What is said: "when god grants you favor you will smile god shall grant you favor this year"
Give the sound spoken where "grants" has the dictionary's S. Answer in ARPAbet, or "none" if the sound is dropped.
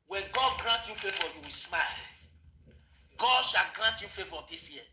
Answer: none